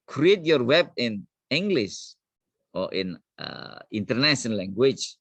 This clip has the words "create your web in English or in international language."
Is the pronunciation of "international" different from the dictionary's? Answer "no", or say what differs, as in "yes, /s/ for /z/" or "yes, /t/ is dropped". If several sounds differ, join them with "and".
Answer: yes, /n/ is dropped and /n/ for /l/